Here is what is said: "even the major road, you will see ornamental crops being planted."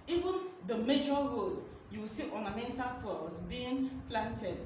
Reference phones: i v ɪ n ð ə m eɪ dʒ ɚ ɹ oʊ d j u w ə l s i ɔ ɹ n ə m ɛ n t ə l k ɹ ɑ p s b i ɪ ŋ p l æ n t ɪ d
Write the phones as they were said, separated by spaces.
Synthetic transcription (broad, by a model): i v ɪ n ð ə m eɪ dʒ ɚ ɹ oʊ d j u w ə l s i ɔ n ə m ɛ n t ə l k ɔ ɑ s b i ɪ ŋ p l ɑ n t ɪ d